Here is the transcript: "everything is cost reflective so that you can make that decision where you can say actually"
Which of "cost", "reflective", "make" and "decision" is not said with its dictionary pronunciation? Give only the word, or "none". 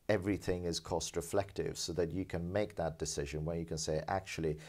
none